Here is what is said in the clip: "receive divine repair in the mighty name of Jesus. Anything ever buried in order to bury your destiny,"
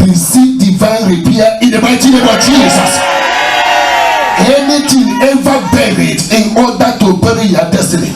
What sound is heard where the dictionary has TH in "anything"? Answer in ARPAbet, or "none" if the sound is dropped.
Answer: T